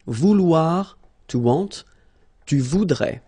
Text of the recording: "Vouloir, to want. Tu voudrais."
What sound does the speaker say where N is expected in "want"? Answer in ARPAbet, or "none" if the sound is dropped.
none